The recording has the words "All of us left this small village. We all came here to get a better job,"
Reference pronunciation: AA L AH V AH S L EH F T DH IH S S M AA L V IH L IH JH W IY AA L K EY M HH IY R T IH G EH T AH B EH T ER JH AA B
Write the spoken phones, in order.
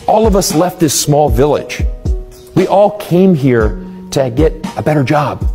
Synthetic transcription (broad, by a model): AA L AH V AH S L EH F T DH IH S S M AA L V IH L IH JH W IY AA L K EY M HH IY R T IH G EH T AH B EH T ER JH AA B